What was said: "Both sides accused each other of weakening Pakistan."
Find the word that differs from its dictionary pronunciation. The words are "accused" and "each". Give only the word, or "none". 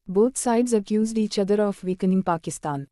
none